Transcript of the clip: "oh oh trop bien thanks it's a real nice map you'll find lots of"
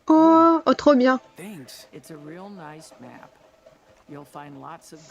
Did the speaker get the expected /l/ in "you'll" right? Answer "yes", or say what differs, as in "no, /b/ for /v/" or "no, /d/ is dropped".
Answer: yes